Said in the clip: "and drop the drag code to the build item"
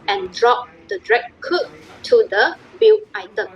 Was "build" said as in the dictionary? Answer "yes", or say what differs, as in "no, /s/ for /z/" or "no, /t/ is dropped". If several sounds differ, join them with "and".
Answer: no, /d/ is dropped